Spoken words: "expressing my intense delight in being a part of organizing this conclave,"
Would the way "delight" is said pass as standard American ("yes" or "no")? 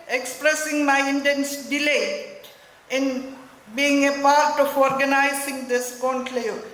no